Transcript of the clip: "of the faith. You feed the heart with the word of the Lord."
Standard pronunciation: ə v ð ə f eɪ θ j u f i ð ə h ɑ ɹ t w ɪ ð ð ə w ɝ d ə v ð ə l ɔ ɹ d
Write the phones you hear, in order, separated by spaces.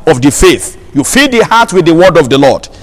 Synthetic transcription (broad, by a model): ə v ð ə f eɪ θ j u f i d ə h ɑ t w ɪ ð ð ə w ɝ d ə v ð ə l ɔ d